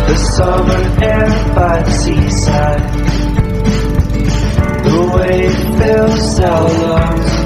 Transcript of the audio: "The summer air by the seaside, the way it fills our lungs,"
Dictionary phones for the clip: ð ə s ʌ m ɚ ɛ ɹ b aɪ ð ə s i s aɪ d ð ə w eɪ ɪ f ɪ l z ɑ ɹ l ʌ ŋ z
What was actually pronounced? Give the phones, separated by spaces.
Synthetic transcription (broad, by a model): ð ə s ʌ m ɚ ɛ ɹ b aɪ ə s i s aɪ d ð ə w eɪ ɪ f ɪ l s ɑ l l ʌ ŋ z